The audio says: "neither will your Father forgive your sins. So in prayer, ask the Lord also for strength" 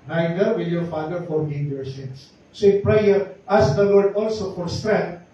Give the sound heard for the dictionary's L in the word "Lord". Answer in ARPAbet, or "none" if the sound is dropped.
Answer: W